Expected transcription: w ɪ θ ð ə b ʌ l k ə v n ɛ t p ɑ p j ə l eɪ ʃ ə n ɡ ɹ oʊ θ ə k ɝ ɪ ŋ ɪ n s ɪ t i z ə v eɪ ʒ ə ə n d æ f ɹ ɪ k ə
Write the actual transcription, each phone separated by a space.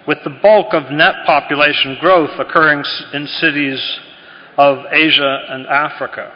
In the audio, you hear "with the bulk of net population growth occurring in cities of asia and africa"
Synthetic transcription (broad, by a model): w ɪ ð ə b ʌ l k ə v n ɛ t p ɑ p j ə l eɪ ʃ n ɡ ɹ oʊ θ ə k ɝ ɪ ŋ ɪ n s ɪ t i z ə v eɪ ʒ ə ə n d æ f ɹ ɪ k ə